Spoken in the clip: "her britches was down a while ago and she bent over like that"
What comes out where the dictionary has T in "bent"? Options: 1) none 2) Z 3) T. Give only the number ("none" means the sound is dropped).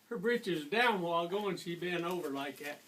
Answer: 1